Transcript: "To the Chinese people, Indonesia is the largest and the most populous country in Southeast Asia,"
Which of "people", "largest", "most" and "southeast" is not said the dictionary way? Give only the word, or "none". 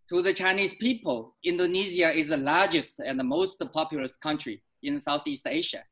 none